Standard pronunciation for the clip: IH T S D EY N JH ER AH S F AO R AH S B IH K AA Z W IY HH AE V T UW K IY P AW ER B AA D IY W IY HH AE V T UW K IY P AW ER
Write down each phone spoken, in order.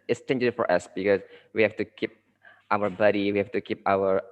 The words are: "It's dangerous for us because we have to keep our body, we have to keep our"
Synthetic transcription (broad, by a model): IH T S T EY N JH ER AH F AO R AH S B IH K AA S W IY HH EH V T UW K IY P AW ER B AA D IY W IY HH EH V T UW K IY P AW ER